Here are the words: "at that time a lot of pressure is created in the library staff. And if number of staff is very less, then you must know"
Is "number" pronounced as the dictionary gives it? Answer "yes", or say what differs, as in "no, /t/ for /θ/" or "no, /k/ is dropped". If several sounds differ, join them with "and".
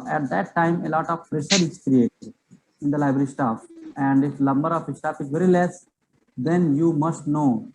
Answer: no, /l/ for /n/